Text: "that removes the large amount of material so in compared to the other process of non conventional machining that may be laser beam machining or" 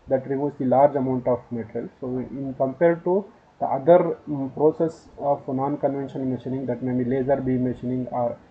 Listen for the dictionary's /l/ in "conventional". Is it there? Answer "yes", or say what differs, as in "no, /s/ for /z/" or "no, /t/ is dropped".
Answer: no, /n/ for /l/